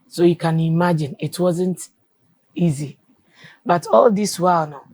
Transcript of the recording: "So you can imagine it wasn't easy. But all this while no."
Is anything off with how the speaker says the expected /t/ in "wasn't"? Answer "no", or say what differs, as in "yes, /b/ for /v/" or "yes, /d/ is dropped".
no